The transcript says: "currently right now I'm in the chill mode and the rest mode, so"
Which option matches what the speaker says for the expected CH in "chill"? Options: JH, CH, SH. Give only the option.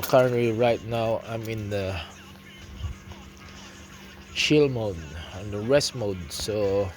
SH